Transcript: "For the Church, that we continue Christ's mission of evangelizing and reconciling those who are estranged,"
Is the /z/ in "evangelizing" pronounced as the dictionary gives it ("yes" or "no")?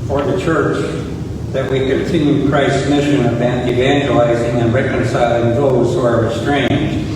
yes